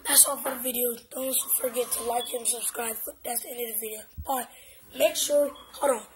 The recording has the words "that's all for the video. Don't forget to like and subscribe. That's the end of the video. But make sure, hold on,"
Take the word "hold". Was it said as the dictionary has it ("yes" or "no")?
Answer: no